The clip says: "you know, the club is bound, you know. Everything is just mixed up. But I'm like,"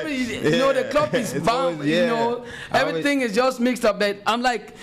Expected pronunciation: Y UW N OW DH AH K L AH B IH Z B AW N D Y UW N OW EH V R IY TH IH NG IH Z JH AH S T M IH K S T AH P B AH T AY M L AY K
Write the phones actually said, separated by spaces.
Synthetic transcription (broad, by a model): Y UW N OW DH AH K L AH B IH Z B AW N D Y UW N OW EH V R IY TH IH NG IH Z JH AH S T M IH K S T AH P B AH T AY M L AY K